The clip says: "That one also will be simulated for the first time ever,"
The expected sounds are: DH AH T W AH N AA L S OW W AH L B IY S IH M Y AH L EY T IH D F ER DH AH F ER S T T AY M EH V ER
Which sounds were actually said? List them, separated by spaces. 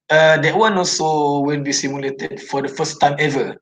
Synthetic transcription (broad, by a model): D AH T W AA N AA L S OW W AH N B IY S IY M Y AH L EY T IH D F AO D AH F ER S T T AY M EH V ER